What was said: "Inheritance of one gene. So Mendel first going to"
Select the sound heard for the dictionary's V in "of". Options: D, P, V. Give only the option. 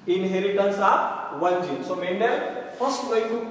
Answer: P